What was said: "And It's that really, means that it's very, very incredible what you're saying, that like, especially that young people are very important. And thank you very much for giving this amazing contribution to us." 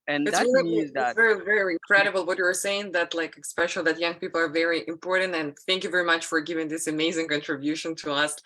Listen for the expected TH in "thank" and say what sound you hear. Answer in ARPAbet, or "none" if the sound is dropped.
TH